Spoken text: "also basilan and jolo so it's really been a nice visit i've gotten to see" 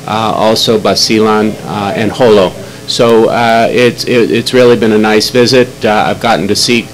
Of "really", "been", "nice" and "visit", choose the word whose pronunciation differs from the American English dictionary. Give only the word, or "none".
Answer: none